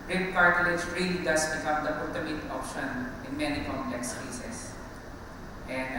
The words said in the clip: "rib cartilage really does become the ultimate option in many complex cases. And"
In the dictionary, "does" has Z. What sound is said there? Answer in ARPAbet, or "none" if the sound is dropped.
S